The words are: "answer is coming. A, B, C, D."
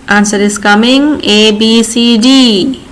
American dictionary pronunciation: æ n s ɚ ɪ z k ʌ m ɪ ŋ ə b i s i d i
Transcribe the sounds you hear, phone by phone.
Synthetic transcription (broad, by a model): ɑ n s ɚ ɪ s k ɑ m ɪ ŋ ə b i s i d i